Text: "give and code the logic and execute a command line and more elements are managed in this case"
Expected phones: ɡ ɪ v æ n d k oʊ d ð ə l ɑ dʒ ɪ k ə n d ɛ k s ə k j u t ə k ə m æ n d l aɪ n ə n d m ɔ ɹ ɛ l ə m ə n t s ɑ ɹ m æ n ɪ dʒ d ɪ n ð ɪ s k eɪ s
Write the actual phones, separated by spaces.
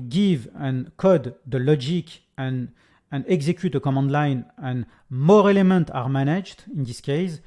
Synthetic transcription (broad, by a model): ɡ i v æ n k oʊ d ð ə l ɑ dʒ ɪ k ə n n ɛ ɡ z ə k j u t ə k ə m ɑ n d l aɪ n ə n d m ɔ ɹ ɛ l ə m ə n t ɑ ɹ m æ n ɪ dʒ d ɪ n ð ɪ s k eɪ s